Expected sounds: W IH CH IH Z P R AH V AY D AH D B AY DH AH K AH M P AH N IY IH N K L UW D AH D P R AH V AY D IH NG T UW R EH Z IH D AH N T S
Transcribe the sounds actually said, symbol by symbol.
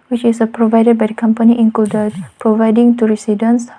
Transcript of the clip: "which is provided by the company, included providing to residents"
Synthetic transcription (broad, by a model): W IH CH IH S P R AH V AY D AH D B AY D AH K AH M P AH N IY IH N K L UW D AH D P R AH V AY D IH NG T UW R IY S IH D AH N S